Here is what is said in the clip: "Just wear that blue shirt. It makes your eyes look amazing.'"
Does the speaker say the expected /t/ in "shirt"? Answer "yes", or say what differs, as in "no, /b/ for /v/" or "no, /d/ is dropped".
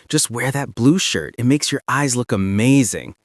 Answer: yes